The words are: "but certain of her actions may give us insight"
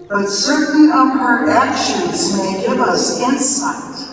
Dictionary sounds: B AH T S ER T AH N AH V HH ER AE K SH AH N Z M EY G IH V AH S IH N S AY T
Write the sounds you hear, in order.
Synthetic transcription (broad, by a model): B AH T S ER T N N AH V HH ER AE K SH AH N Z M EY G IH V AH S IH N S AY T